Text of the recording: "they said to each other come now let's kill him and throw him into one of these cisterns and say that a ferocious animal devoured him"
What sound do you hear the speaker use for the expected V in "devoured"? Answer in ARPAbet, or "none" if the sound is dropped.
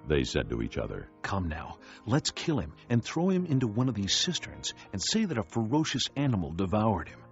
V